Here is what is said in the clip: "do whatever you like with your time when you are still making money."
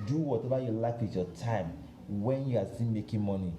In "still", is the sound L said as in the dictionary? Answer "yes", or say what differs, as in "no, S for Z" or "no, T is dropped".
no, N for L